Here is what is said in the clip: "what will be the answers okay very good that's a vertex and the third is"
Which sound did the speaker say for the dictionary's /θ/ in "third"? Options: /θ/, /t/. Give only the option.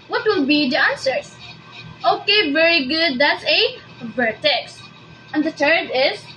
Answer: /t/